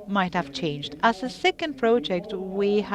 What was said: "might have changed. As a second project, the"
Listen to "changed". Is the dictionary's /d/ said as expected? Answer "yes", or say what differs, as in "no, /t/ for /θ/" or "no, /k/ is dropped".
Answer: yes